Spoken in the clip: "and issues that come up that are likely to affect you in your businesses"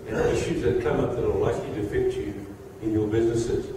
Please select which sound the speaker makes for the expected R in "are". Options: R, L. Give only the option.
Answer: L